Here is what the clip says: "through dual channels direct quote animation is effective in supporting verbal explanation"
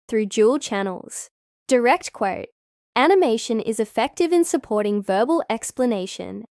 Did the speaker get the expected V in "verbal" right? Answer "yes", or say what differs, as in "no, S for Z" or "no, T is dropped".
yes